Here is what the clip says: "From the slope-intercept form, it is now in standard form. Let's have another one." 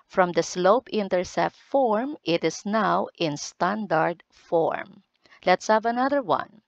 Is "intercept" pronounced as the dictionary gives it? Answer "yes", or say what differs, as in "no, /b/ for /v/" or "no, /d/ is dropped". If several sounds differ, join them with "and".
no, /p/ is dropped